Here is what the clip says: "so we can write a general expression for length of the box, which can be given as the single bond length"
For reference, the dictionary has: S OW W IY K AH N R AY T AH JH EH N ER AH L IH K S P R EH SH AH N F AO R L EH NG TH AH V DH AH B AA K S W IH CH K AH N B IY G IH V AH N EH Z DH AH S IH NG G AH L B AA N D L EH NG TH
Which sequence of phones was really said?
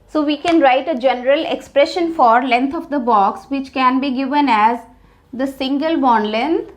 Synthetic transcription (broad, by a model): S OW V IY K AH N R AY T AH JH EH N ER AH L IH K S P R EH SH AH N F AO R L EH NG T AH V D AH B AA K S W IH CH K AH N B IY G IH V AH N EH Z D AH S IH NG G AH L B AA N L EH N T